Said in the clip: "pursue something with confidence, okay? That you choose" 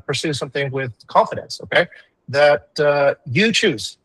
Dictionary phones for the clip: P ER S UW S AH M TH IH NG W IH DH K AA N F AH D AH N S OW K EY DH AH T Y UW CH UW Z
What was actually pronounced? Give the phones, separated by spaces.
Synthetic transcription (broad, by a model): P ER S UW S AH M TH IH NG W IH DH K AA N F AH D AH N S OW K EY DH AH T Y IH CH UW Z